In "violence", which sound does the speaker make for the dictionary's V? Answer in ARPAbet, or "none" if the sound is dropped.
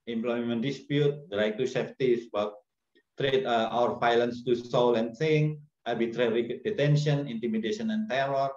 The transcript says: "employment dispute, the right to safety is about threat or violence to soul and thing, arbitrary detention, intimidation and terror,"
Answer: F